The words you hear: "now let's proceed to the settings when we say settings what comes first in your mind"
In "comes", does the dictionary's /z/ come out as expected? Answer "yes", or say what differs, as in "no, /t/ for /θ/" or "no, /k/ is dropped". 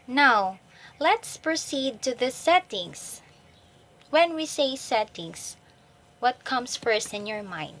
no, /s/ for /z/